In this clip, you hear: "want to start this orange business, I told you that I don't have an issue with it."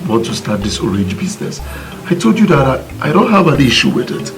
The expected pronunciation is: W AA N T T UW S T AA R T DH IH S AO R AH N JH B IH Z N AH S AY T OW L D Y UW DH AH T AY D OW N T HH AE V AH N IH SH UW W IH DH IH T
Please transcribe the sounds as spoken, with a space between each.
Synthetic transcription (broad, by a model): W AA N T T UW S T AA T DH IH S AO R AH N JH B IH Z N AH S AY T OW L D Y UW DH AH T AY D OW N T HH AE V AH N IH SH UW W IH DH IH T